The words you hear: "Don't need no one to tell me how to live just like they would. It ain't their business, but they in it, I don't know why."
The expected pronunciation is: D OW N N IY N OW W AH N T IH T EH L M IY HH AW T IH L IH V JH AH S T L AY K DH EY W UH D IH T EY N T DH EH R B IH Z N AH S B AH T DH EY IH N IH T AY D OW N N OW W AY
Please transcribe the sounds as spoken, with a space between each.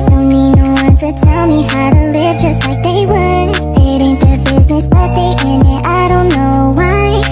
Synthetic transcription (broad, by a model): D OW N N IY N OW W AH N T IH T EH L M IY HH AW T IH L IH V JH AH S T L AY K DH EY W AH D IH T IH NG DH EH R B IH Z N AH S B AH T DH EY IH N IH T AY D OW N N OW W AY